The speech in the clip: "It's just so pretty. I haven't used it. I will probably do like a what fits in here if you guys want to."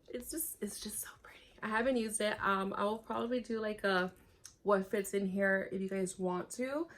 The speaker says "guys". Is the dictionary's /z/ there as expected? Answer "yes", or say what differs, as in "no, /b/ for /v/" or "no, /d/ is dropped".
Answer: yes